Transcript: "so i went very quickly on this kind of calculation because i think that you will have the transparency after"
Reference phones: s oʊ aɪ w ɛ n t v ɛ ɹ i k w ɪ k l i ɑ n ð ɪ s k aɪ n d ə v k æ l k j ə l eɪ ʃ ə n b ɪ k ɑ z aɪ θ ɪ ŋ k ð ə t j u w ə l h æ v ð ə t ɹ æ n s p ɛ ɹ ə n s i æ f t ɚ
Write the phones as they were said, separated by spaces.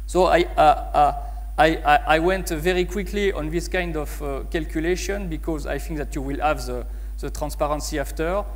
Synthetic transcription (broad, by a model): s oʊ aɪ w ɛ n t v ɛ ɹ i k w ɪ k l i ɑ n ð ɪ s k aɪ n d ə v k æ l k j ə l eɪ ʃ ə n b ɪ k ɑ z aɪ θ ɪ ŋ k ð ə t j u w ə l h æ v ð ə t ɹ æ n s p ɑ ɹ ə n s i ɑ f t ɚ